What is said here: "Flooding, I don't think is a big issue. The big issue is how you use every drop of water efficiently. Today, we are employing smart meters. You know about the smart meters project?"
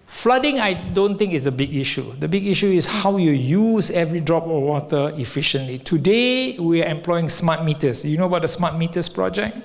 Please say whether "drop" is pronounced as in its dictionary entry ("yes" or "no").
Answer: yes